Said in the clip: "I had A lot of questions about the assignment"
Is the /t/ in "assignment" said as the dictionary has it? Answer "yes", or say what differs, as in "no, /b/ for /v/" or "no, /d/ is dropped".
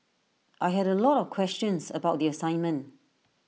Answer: yes